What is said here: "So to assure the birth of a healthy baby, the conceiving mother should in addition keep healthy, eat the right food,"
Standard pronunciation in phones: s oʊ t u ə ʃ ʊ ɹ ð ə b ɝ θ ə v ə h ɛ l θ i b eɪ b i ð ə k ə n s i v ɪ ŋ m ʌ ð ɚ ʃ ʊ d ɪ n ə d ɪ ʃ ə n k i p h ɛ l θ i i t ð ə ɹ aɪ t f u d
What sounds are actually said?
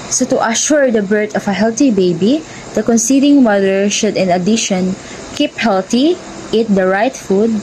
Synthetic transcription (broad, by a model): s oʊ t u ə ʃ ʊ ɹ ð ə b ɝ t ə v ə h ɛ l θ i b eɪ b i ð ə k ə n s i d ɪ ŋ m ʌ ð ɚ ʃ ʊ d ɪ n ə d ɪ ʃ ə n k i p h ɛ l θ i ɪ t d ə ɹ aɪ t f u d